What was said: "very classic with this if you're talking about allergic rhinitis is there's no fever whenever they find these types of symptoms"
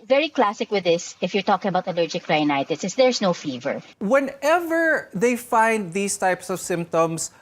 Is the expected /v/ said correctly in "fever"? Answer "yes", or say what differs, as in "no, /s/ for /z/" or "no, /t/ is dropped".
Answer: yes